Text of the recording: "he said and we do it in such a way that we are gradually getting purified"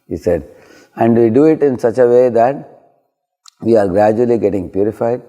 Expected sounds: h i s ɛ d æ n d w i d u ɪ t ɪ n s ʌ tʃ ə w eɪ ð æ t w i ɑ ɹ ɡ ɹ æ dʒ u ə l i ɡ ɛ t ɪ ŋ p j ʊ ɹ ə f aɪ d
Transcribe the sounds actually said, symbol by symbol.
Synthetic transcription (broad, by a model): h i s ɛ d æ n d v i d u ɪ t ɪ n s ʌ tʃ ə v eɪ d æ t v i ɑ ɹ ɡ ɹ æ dʒ u ə l i ɡ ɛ t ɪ ŋ p j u ɹ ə f aɪ d